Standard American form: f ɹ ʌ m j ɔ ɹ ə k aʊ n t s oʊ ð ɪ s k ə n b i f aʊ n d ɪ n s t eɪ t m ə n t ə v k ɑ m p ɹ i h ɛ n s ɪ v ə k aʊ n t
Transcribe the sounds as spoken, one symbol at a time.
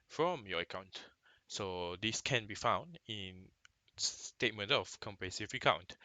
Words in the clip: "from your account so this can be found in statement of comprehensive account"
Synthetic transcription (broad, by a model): f ɹ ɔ m j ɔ ə k aʊ n t s oʊ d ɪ s k ə n b i f aʊ n d ɪ n s t eɪ t m ə n t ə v k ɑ m p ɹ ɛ s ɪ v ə k aʊ n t